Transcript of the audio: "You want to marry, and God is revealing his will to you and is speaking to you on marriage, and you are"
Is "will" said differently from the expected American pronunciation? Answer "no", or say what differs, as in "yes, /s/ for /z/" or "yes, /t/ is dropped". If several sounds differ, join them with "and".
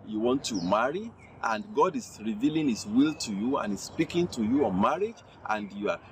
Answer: no